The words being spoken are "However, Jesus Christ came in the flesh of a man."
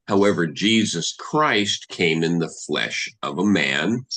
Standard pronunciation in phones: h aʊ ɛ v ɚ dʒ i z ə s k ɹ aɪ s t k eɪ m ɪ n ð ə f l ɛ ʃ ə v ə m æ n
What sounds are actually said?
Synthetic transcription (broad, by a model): h aʊ ɛ v ɚ dʒ i z ə s k ɹ aɪ s t k eɪ m ɪ n ð ə f l ɛ ʃ ə v ə m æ n